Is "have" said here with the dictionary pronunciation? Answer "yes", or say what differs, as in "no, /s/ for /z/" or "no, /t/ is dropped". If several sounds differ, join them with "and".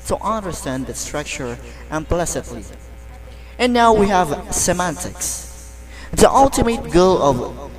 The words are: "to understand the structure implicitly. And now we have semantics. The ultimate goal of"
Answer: yes